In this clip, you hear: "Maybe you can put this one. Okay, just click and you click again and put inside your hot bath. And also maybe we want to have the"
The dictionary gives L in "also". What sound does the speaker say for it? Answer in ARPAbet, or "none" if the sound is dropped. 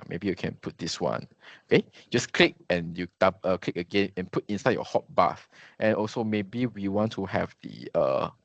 L